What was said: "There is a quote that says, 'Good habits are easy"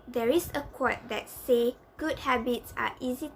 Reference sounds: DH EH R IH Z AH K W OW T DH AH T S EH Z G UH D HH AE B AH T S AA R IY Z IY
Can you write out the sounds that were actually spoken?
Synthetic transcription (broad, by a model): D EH R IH S AH K W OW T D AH T S EH G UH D HH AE B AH T S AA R IY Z IY